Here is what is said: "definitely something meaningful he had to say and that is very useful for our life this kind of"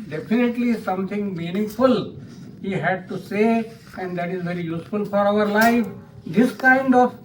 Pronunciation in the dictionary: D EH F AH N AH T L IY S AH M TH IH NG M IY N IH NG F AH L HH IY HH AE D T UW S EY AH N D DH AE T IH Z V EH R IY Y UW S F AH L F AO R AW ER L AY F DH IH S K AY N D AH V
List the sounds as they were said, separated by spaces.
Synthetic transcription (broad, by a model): D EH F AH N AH T L IY S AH M T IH NG M IY N IH NG F AH L HH IY HH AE D T UW S EY AH N D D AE T IH Z V EH R IY Y UW S F AH L F AO R AW ER L AY F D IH S K AY N D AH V